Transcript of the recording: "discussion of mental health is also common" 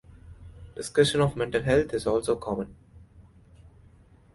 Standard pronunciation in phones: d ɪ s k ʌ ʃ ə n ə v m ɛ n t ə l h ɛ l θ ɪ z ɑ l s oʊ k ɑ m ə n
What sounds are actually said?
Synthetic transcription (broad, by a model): d ɪ s k ʌ ʃ ə n ə v m ɛ n t ə l h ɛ l t ɪ z ɑ l s oʊ k ɑ m ə n